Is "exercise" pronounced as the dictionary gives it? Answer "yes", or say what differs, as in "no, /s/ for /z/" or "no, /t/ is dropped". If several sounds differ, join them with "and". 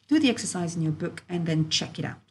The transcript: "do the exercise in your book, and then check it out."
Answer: yes